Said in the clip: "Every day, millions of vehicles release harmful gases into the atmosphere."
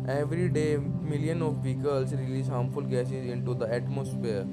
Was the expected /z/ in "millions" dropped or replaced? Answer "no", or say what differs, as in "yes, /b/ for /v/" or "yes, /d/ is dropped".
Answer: yes, /z/ is dropped